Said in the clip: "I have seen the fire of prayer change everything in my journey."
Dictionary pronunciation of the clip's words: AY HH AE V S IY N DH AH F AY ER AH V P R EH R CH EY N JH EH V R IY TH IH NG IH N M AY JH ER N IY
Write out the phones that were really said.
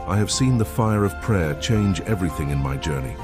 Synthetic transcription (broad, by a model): AY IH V S IY N DH AH F AY ER AH V P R EH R CH EY N JH EH V R IY TH IH NG IH N M AY JH ER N IY